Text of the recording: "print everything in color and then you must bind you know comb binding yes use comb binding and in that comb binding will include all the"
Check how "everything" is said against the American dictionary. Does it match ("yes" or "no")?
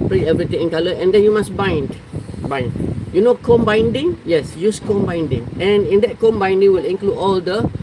no